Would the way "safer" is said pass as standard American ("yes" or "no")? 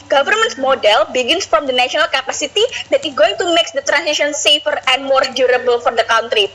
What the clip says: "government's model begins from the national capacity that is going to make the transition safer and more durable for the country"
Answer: yes